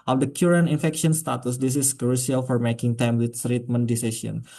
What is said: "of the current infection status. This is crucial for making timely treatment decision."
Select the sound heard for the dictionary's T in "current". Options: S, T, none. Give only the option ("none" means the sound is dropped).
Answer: none